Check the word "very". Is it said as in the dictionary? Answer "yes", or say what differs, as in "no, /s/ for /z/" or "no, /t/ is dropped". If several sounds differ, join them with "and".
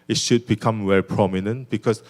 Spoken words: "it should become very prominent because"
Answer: no, /w/ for /v/